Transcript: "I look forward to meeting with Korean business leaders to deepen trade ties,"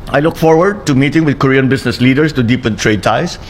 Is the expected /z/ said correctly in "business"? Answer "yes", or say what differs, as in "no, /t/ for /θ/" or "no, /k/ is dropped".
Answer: no, /s/ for /z/